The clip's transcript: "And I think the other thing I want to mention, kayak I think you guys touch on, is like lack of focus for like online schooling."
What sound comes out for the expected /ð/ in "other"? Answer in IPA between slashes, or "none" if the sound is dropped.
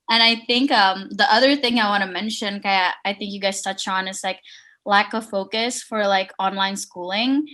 /ð/